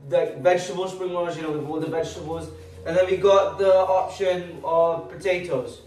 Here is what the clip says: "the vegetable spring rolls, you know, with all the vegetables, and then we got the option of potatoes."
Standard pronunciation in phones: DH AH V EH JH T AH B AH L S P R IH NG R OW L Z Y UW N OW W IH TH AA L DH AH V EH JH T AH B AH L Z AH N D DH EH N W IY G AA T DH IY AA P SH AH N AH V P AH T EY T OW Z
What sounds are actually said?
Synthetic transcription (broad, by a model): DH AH V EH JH T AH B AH L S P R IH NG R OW Z Y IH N OW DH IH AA DH AH V EH JH T AH B AH L Z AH N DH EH N W IY G AA T DH IY AA P SH AH N AH V P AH T EY T OW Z